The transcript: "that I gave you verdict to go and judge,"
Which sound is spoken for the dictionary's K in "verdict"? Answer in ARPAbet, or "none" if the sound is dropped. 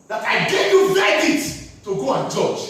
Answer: none